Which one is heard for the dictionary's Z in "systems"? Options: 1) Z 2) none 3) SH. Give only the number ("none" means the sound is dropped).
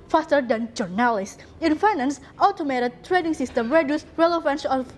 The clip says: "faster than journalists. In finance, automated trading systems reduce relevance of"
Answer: 2